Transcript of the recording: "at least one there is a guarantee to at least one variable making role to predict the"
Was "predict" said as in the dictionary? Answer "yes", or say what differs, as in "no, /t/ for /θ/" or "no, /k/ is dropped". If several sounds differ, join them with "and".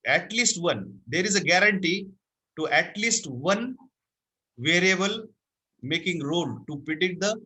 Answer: no, /k/ is dropped